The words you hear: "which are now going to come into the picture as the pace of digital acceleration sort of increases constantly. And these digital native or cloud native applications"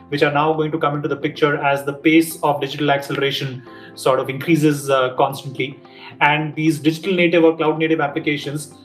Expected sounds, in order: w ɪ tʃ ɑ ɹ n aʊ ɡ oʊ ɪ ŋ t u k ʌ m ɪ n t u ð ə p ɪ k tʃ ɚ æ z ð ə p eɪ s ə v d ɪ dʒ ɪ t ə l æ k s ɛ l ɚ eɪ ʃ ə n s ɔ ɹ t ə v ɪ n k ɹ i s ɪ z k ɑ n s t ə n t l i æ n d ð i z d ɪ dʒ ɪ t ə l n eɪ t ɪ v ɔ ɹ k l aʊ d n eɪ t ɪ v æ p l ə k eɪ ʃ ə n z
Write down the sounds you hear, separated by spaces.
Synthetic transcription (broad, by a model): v ɪ tʃ ɑ ɹ n aʊ ɡ oʊ ɪ ŋ t u k ʌ m ɪ n t u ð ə p ɪ k tʃ ɚ æ z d ə p eɪ s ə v d ɪ dʒ ɪ t ə l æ k s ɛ l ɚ eɪ ʃ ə n s ɔ ɹ t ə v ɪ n k ɹ i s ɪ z k ɑ n s t ə n t l i æ n d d i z d ɪ dʒ ɪ t ə l n eɪ t ɪ v ɔ ɹ k l aʊ d n eɪ t ɪ v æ p l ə k eɪ ʃ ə n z